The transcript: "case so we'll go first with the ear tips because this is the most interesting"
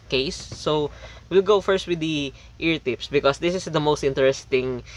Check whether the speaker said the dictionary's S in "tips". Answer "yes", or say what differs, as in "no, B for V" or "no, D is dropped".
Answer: yes